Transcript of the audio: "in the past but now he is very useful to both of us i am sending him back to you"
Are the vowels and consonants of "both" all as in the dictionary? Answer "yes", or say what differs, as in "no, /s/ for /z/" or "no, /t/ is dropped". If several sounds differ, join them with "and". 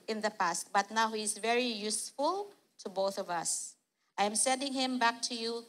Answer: yes